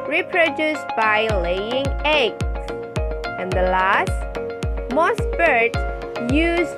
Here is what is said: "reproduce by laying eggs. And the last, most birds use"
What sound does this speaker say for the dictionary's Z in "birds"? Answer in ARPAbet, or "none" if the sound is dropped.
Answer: none